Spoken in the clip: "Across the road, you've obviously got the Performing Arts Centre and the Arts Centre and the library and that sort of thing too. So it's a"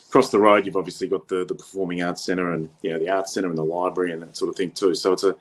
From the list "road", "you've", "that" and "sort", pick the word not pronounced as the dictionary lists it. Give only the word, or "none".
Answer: none